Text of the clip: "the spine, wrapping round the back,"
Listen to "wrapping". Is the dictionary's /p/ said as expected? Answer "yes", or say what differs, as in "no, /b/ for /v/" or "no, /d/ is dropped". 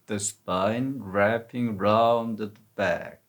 yes